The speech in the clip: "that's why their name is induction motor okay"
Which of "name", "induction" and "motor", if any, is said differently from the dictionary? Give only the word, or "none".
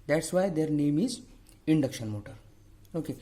none